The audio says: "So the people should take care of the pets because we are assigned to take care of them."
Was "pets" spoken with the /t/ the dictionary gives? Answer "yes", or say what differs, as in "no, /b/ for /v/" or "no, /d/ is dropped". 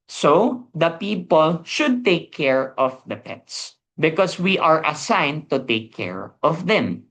yes